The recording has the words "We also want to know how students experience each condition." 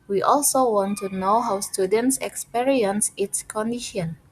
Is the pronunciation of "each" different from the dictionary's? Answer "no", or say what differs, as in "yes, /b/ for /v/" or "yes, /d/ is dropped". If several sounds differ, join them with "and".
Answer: yes, /s/ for /tʃ/